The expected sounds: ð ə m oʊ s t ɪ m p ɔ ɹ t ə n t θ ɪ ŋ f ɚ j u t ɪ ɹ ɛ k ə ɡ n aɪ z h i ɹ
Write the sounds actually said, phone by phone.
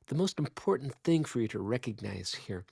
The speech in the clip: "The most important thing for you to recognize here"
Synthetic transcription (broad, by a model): ð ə m oʊ s t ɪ m p ɔ ɹ t n θ ɪ ŋ f ɚ j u t ɪ ɹ ɛ k ə ɡ n aɪ z h i ɹ